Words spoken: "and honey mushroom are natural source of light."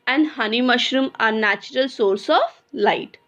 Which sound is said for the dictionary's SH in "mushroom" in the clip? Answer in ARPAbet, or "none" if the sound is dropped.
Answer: SH